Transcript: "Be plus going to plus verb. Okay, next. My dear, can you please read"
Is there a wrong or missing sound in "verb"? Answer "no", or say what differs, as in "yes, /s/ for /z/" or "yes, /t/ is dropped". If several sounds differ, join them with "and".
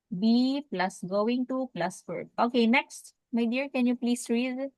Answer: yes, /f/ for /v/